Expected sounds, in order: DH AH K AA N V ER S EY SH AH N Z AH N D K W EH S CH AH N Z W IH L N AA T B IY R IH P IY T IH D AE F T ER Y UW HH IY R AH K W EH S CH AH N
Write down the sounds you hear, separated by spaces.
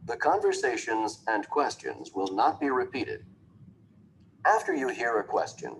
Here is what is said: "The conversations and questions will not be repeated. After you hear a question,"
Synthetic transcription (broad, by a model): DH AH K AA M V ER S EY SH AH N Z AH N K W EH S CH AH N Z W IH L N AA T B IY R IH P IY T IH D AE F T ER Y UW HH IY R AH K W EH S CH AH N